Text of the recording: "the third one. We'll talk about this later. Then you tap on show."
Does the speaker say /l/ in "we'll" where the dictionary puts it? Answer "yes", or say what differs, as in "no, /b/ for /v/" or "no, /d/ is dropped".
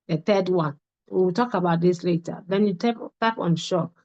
no, /w/ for /l/